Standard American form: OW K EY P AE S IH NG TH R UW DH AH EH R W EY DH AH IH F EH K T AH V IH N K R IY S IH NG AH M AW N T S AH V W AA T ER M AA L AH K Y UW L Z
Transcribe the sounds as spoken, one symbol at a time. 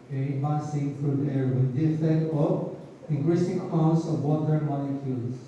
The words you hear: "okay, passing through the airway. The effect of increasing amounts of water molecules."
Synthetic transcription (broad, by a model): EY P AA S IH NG F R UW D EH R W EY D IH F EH T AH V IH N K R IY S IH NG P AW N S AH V W AA T ER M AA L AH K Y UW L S